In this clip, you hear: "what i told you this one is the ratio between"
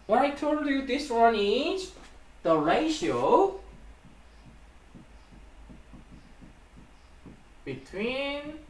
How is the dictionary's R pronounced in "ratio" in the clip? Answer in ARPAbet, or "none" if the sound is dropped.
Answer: R